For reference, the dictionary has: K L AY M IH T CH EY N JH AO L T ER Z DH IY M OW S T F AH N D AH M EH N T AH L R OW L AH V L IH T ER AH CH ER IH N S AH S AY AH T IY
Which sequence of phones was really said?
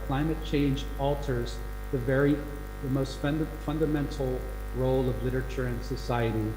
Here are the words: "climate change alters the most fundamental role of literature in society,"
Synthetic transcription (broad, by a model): K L AY M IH T CH EY N JH AO L T ER Z DH IY M OW S T F AH N D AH M EH N T L R OW L AH V L IH T ER AH CH ER IH N S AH S AY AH T IY